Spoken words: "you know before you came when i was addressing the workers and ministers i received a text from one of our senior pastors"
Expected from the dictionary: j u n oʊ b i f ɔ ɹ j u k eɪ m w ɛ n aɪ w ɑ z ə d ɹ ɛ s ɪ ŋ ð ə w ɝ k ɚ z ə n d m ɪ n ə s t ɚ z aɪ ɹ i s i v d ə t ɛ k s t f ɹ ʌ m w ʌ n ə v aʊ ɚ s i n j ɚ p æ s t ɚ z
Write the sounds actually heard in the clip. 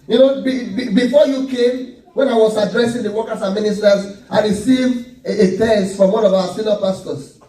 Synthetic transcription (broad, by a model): j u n oʊ b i f ɔ j u k eɪ m w ɛ n aɪ w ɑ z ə d ɹ ɛ s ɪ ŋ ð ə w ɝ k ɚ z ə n m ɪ n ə s t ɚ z aɪ ɹ i s i v d ə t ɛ s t f ɹ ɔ m w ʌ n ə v aʊ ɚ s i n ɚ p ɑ s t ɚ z